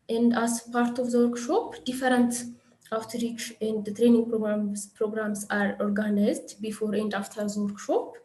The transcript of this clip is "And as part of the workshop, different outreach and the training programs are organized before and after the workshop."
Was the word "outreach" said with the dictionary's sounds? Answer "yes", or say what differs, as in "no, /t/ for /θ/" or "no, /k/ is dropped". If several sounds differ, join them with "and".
yes